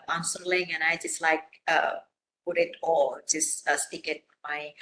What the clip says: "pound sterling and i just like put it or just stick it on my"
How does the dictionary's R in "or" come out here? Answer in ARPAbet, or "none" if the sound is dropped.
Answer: L